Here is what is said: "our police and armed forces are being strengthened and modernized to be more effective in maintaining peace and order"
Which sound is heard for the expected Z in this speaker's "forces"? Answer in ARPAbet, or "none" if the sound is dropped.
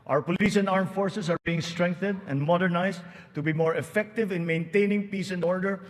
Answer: S